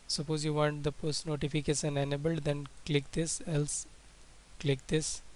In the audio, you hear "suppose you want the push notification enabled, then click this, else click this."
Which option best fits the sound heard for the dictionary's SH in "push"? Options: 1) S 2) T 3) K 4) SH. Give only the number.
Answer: 1